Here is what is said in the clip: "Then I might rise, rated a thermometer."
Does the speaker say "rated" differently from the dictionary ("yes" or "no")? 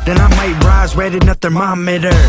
yes